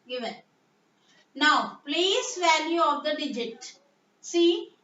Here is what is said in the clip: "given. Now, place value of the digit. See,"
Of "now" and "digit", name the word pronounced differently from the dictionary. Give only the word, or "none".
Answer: none